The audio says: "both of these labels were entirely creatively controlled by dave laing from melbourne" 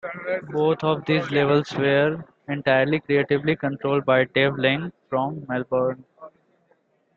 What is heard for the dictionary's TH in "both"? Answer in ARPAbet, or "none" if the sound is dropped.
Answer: T